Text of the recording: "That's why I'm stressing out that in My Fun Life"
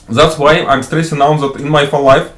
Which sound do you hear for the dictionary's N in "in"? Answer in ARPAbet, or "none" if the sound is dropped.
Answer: N